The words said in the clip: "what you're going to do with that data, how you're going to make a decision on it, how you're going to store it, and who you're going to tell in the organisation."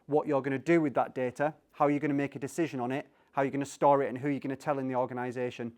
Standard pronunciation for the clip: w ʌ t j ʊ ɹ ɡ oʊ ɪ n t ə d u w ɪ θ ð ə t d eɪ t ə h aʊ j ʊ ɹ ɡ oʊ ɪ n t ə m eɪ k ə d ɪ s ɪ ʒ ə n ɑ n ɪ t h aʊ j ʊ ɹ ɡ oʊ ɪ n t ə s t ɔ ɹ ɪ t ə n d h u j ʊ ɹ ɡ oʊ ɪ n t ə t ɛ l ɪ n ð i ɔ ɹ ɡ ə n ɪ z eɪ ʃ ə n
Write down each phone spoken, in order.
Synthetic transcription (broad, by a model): w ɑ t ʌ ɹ ɡ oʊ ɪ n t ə d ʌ w ɪ ð ə t d eɪ t ə h aʊ j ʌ ɡ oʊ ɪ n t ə m eɪ k ə d ɪ s ɪ ʒ ə n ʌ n ɪ t h aʊ j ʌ ɡ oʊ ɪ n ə s t ɔ ɹ ɪ t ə n h u j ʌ ɡ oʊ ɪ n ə t ɛ l ɪ n ð i ɔ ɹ ɡ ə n ɪ z eɪ ʃ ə n